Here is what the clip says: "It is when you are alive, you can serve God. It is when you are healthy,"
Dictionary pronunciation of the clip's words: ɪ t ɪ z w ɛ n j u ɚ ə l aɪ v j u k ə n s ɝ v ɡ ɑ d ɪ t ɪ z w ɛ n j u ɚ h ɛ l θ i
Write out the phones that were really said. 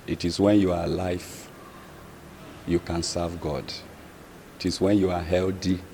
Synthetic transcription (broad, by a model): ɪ t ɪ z w ɛ n j u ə l aɪ f j u k ə n s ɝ v ɡ ɑ d ɪ t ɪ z w ɛ n j u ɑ h ɛ l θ i